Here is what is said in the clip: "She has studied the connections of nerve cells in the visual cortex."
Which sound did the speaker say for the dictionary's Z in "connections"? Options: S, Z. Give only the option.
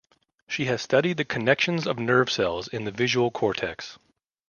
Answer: Z